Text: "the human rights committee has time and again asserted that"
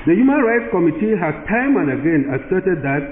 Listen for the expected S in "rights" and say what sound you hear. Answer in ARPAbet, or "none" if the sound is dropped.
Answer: S